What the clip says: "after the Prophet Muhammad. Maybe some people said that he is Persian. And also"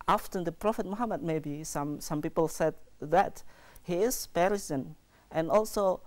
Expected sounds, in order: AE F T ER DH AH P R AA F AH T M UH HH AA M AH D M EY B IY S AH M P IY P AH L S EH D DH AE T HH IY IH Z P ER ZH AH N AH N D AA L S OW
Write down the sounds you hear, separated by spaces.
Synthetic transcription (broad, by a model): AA F T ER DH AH P R AA F AH T M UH HH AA M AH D M EY B IY S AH M P IY P AH L S EH D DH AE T HH IY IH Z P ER S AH N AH N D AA L S OW